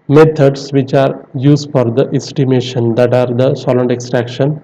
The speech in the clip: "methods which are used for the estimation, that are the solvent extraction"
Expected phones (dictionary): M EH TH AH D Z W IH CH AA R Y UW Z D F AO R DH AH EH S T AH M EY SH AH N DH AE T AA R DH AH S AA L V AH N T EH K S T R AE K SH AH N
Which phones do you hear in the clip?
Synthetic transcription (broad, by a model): M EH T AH D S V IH CH AA R Y UW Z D F AO R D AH EH S T AH M EY SH AH N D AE T AA R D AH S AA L AH N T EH K S T R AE K SH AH N